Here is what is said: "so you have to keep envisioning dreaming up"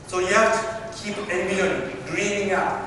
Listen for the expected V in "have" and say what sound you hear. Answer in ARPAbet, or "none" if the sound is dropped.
F